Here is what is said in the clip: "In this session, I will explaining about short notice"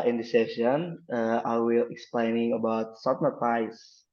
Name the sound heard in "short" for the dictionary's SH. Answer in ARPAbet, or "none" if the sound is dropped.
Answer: S